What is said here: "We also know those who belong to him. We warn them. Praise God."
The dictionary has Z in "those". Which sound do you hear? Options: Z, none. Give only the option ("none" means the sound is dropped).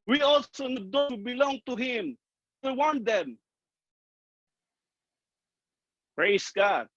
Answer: none